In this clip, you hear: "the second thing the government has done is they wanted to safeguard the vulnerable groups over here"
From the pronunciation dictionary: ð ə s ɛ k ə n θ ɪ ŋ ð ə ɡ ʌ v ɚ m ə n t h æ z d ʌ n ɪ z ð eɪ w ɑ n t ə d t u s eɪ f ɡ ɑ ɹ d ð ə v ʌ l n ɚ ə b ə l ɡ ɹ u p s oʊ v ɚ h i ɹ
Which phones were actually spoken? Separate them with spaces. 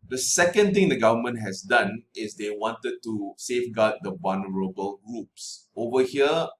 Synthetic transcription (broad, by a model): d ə s ɛ k ə n t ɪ ŋ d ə ɡ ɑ v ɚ m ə n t h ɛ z d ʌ n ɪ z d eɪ w ɑ n t ə d t u s eɪ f ɡ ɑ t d ə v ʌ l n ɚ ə b ə l ɡ ɹ u p s oʊ v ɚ h i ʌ